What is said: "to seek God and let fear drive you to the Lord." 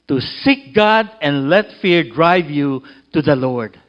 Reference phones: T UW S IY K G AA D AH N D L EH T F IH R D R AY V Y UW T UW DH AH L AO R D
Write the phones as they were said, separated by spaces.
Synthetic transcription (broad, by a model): T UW S IY K G AA D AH N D L EH T F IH R D R AY V Y UW T UW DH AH L AO R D